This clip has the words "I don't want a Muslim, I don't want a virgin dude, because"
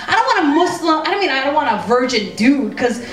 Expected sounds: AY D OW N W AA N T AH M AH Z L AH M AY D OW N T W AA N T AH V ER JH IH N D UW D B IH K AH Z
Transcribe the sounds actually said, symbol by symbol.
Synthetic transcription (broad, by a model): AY D OW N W AA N AH M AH S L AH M AY D OW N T W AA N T AH V ER JH IH N D UW D K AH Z